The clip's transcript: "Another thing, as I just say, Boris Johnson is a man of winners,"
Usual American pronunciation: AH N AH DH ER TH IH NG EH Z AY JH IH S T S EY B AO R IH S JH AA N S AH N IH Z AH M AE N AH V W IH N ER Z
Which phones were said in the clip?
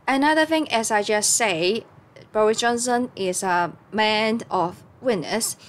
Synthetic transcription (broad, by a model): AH N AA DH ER TH IH NG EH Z AY JH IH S S EY B AO R IH S JH AA N S AH N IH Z AH M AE N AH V W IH N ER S